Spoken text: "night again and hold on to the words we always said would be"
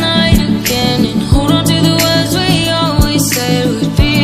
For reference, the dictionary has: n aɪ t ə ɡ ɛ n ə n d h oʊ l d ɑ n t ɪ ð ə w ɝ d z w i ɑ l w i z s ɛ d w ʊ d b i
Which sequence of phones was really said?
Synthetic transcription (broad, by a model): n aɪ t ə ɡ ɛ n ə n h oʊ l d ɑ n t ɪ ð ə w ɝ d z w i ɑ l w i z s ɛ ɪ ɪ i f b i